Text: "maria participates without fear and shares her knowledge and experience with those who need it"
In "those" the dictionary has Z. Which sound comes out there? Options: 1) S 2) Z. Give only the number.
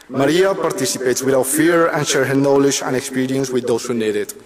1